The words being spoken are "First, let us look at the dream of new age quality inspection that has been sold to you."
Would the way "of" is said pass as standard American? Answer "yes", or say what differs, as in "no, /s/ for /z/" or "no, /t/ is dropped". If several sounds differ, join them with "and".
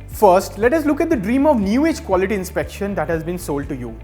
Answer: yes